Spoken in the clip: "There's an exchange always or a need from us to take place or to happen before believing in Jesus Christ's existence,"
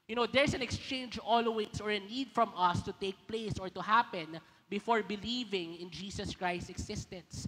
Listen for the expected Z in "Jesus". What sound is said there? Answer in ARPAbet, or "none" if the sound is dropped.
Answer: S